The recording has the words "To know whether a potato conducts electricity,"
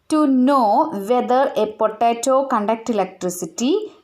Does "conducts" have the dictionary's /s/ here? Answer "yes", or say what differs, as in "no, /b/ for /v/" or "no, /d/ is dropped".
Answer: no, /s/ is dropped